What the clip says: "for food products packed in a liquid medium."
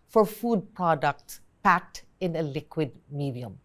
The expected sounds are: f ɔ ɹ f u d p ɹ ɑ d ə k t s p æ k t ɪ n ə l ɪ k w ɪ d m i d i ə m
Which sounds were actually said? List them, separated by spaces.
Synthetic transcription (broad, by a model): f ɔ ɹ f u d p ɹ ɑ d ə k t s p æ k t ɪ n ə l ɪ k w ɪ d m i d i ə m